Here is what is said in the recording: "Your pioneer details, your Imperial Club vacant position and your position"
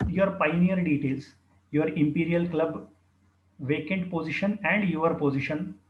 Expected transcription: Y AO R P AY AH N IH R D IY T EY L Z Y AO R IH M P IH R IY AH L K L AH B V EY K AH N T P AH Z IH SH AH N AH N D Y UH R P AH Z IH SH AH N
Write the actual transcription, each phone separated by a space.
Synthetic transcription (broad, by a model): Y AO R P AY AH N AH R D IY T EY L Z Y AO R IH M P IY R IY AH L K L AH B V EY K AH N T P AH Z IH SH AH N AH N D Y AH R P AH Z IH SH AH N